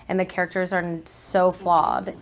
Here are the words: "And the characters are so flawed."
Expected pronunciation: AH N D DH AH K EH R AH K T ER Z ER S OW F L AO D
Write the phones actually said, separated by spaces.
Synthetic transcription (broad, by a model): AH N DH AH K EH R AH K T ER Z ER S OW F L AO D